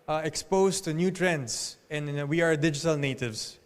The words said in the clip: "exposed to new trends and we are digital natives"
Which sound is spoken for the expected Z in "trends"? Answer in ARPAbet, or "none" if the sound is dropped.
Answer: S